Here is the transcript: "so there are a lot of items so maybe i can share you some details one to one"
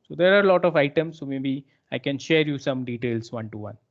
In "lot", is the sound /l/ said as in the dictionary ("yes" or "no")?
yes